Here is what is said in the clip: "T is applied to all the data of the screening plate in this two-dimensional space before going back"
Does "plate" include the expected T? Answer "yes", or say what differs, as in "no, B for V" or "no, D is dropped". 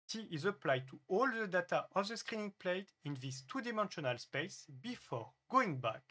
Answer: yes